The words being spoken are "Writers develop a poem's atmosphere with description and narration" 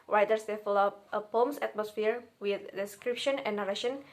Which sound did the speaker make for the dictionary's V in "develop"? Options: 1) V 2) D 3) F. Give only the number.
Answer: 3